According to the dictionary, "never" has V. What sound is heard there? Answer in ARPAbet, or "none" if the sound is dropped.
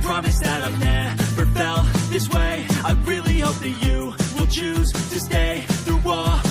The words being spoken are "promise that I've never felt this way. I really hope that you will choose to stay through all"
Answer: F